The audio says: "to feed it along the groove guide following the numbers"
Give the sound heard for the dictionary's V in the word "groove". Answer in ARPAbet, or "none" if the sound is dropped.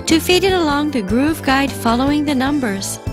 V